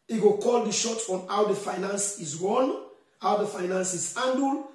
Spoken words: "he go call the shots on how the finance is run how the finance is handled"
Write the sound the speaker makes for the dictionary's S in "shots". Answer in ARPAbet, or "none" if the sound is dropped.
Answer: none